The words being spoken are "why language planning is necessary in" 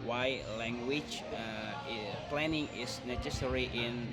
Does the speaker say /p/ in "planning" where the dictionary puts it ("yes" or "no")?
yes